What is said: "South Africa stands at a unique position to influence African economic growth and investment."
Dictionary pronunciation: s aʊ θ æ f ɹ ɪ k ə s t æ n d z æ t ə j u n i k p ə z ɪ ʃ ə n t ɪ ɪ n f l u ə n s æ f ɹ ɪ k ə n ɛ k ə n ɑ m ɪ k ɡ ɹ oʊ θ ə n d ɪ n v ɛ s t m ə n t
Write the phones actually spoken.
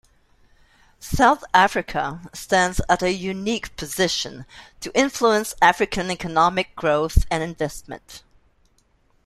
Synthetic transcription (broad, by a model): s aʊ θ æ f ɹ ɪ k ə s t æ n d z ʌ t ə j u n i k p ə z ɪ ʃ ə n t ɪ ɪ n f l u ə n s æ f ɹ ɪ k ə n ɛ k ə n ɑ m ɪ k ɡ ɹ oʊ θ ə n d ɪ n v ɛ s t m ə n t